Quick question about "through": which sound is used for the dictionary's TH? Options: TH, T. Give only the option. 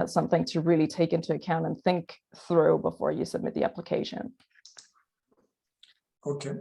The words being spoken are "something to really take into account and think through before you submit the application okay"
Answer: TH